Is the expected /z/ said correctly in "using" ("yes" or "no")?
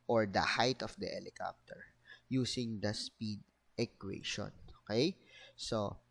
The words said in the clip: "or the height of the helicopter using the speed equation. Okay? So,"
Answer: no